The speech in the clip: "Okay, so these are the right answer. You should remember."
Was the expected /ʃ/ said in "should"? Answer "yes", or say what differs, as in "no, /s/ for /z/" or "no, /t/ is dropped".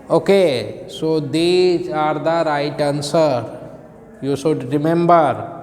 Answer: no, /s/ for /ʃ/